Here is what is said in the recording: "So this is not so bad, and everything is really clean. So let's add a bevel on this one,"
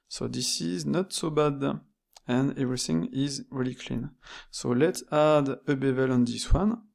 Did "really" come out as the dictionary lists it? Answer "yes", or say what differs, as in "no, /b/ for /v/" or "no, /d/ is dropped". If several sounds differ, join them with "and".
yes